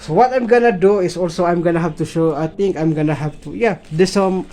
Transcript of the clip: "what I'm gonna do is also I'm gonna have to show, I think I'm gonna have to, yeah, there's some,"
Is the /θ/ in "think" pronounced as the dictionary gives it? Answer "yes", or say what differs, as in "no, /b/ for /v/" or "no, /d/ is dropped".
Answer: no, /t/ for /θ/